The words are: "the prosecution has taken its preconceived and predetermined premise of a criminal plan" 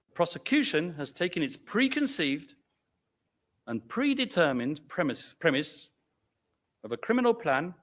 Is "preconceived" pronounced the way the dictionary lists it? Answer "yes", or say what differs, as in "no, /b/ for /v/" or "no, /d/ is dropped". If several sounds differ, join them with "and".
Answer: yes